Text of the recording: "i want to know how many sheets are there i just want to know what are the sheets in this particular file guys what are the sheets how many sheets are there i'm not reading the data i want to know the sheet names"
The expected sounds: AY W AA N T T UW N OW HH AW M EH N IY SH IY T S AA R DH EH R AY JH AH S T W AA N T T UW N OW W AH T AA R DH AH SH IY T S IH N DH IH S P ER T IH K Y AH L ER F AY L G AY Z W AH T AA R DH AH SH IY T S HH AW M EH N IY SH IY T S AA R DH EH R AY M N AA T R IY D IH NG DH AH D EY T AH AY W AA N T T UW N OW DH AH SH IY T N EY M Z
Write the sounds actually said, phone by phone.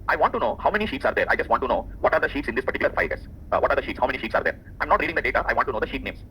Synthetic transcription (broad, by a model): AY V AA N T T UW N OW HH AW M EH N IY SH IY T S AA R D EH R AY JH AH S T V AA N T T UW N OW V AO T AA R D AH SH IY T S IH N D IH S P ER T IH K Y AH L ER F AY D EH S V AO T AA R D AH SH IY T S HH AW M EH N IY SH IY T S AA R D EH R AY M N AA T R IY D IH NG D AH D EY T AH AY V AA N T T UW N OW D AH SH IY T N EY M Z